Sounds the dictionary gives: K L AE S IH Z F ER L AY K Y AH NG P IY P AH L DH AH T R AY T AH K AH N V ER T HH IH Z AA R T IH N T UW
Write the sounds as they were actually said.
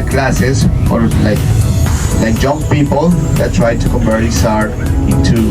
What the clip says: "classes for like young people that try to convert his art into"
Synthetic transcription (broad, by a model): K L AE S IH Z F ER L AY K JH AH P P IY P AH L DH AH T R AY T AH K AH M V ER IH S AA R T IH N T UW